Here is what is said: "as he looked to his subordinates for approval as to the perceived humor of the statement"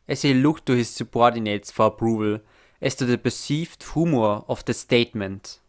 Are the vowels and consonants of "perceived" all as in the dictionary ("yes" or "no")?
no